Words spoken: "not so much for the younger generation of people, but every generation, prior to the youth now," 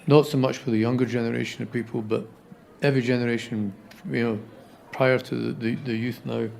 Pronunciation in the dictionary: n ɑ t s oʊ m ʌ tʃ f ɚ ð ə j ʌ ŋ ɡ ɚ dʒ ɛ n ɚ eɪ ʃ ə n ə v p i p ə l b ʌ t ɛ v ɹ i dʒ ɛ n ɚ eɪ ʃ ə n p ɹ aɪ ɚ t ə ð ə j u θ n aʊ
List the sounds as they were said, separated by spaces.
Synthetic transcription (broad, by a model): n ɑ t s oʊ m ʌ tʃ f ɚ ð ə j ʌ ŋ ɡ ɚ dʒ ɛ n ɚ eɪ ʃ ə n ə v p i p ə l b ʌ t ɛ v ɹ i dʒ ɛ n ɚ eɪ ʃ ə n p ɹ aɪ ɚ t ə ð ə j u θ n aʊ